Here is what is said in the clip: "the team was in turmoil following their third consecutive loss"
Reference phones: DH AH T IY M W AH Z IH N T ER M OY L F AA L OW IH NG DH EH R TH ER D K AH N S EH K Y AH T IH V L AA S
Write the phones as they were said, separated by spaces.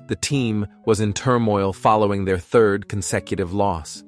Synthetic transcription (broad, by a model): DH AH T IY M W AH Z IH N T ER M OY L F AA L OW IH NG DH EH R TH ER D K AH N S EH K Y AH T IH V L AA S